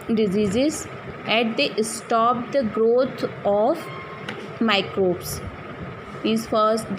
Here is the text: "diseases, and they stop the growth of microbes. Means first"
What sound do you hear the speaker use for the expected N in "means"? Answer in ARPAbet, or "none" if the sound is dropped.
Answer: none